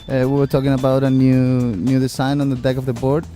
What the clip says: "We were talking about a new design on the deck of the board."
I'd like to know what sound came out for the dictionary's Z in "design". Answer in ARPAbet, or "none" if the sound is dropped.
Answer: S